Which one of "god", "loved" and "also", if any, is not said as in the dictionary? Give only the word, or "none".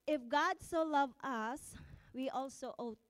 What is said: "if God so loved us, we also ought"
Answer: loved